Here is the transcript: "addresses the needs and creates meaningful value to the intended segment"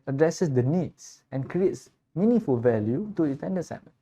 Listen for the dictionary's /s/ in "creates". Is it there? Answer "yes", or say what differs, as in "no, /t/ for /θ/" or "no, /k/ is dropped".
yes